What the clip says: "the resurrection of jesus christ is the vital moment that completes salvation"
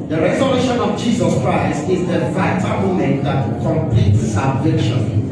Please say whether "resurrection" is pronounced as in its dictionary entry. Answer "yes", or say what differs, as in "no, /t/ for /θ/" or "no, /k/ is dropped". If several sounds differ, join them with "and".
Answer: no, /k/ is dropped